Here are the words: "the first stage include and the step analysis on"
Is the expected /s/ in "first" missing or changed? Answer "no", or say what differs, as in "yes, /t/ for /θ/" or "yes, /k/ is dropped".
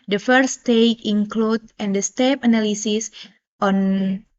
yes, /s/ is dropped